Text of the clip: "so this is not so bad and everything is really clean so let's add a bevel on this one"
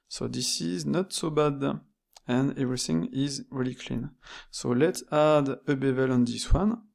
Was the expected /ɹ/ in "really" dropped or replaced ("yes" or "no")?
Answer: no